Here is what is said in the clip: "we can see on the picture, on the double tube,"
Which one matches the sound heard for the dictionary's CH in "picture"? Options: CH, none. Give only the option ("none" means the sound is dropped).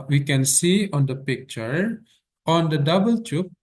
CH